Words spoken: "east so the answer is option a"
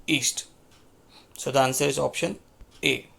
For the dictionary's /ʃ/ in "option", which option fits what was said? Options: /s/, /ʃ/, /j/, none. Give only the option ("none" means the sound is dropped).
/ʃ/